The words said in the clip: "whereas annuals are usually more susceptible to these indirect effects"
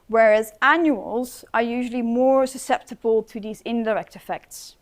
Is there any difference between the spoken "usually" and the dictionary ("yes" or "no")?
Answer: no